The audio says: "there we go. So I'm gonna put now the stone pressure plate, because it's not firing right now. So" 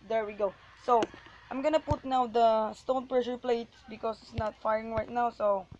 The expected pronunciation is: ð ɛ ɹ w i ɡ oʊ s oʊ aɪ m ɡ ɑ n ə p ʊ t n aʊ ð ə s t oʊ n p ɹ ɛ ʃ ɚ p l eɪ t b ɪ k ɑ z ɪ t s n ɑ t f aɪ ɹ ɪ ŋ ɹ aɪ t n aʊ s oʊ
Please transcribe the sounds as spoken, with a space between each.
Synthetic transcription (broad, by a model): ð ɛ ɹ w i ɡ oʊ s oʊ aɪ m ɡ ɑ n ə p ʊ t n aʊ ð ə s t oʊ n p ɹ ɛ ʃ ɚ p l eɪ t b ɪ k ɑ s ɪ t s n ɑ t f aɪ ɹ ɪ ŋ ɹ aɪ t n aʊ s oʊ